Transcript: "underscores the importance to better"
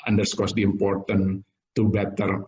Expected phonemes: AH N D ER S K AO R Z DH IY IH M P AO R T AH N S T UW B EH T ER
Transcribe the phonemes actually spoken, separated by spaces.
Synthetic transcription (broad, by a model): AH N D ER S K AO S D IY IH M P AO R T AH N T UW B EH T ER